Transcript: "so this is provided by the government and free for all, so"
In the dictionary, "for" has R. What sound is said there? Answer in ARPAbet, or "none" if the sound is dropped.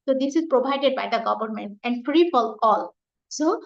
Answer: L